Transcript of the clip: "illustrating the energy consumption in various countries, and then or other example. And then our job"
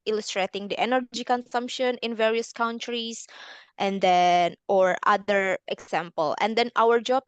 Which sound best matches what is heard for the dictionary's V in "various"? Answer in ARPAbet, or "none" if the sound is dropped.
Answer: V